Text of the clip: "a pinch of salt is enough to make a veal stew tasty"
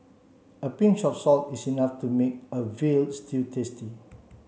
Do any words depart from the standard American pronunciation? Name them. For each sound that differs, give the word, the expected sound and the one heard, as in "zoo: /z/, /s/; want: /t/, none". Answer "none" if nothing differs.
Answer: of: /v/, /f/; is: /z/, /s/